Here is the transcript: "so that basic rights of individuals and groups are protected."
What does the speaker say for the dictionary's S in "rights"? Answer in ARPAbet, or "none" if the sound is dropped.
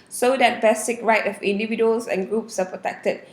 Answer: none